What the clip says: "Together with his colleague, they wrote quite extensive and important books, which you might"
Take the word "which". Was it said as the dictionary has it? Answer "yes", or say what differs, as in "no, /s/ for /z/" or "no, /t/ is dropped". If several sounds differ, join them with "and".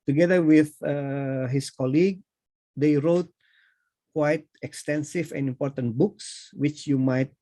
yes